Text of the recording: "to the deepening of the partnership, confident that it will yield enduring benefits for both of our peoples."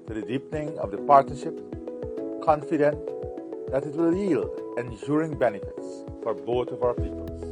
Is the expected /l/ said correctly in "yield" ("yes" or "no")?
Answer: yes